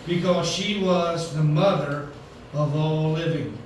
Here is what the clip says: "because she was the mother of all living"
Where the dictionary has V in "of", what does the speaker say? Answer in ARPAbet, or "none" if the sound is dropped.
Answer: V